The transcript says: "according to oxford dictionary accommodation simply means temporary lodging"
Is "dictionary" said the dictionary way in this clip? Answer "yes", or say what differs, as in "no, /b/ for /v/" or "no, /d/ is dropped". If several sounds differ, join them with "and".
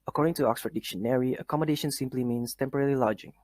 yes